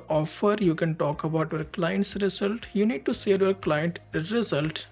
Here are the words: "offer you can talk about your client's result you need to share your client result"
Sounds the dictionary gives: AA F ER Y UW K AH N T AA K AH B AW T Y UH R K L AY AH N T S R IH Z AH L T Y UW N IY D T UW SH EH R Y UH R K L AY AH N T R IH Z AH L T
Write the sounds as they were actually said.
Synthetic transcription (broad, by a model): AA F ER Y UW K AH N T AA K AH B AW T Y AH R K L AY AH N T S R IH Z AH L T Y UW N IY D T UW S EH L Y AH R K L AY AH N T R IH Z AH L T